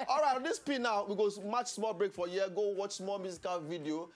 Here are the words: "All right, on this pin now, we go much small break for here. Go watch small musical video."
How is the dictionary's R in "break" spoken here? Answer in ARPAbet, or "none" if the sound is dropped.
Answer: R